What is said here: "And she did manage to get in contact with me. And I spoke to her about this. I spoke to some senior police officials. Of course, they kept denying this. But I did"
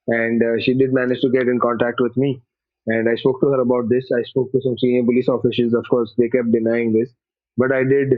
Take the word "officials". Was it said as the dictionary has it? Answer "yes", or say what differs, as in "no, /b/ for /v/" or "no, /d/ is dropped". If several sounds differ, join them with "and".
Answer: no, /s/ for /ʃ/ and /l/ is dropped